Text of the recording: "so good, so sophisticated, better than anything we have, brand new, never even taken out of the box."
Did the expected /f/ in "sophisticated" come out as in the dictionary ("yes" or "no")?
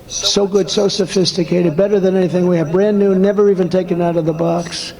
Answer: yes